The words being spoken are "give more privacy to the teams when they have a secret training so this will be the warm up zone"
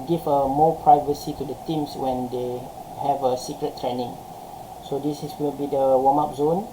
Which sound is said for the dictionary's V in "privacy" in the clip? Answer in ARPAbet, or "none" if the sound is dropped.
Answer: V